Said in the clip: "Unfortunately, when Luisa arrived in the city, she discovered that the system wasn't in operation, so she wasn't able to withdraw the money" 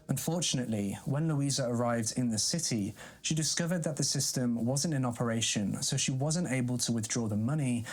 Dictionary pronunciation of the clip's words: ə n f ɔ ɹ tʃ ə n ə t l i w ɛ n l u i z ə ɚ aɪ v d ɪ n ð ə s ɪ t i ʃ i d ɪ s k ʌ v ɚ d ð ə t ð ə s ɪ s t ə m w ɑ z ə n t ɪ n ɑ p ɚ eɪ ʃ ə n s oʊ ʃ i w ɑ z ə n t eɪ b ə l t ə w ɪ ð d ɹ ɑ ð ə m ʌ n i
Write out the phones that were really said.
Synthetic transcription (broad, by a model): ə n f ɔ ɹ tʃ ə n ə t l i w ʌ n l u i z ə ɚ aɪ v d ɪ n ð ə s ɪ t i ʃ i d ɪ s k ʌ v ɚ d ð ə t ð ə s ɪ s t ə m w ɑ z ə n t ɪ n ɑ p ɚ eɪ ʃ ə n s oʊ ʃ i w ɑ z ə n t eɪ b ə l t ə w ɪ ð d ɹ ɑ ð ə m ʌ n i